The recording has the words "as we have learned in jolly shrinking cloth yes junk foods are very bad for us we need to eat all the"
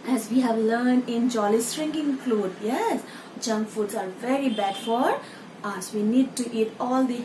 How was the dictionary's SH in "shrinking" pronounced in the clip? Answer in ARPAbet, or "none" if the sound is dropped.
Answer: S